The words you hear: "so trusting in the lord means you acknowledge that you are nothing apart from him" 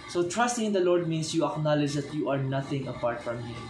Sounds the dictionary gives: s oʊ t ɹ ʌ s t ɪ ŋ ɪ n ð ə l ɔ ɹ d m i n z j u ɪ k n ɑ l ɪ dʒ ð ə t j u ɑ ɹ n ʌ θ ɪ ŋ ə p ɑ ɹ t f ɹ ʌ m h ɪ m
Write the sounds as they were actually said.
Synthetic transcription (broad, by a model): s oʊ t ɹ ʌ s t ɪ ŋ ɪ n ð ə l ɔ ɹ d m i n s j u ɪ k n ɑ l ɪ dʒ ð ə t j u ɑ ɹ n ʌ θ ɪ ŋ ə p ɑ ɹ t f ɹ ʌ m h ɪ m